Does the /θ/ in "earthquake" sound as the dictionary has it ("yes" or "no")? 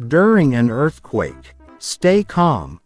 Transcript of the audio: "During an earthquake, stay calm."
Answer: yes